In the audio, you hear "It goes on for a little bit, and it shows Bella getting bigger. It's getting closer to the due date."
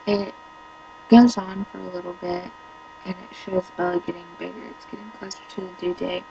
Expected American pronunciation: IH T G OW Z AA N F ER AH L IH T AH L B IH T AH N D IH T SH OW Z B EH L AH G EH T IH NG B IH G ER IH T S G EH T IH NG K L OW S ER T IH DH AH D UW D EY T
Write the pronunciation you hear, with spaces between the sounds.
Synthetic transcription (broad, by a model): IH T G OW Z N F ER AH L IH T L B IH T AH N IH T SH OW Z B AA AH G EH T IH NG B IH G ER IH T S G EH T IH NG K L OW S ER T IH DH AH D UW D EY